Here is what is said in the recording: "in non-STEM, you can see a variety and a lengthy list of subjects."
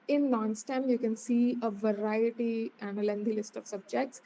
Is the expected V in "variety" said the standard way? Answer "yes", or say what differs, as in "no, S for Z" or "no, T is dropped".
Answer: yes